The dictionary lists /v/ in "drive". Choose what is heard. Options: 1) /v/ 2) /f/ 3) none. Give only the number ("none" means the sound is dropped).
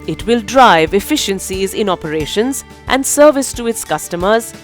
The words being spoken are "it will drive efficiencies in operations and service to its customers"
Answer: 1